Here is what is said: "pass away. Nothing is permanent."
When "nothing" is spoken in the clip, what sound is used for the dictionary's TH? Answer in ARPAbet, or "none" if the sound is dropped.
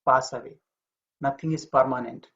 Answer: T